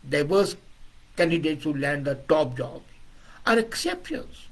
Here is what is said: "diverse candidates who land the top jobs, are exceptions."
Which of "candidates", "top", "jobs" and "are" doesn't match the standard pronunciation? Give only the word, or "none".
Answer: jobs